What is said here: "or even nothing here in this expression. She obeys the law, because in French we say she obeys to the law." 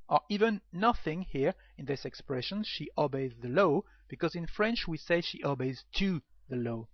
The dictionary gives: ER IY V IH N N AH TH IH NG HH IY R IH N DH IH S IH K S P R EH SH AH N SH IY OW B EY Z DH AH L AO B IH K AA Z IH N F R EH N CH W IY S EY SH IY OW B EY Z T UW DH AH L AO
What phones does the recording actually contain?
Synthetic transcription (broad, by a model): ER IY V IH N N AH TH IH NG HH IY R IH N DH IH S IH K S P R EH SH AH N SH IY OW B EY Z DH AH L AO B IH K AA Z IH N F R EH N CH W IY S EY SH IY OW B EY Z T UW DH AH L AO